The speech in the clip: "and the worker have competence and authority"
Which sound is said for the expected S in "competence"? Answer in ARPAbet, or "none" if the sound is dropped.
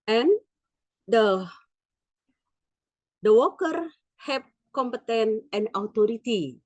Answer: none